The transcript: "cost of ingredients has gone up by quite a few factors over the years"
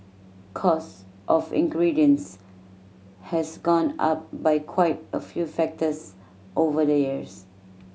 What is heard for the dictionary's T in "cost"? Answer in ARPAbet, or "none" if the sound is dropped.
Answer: T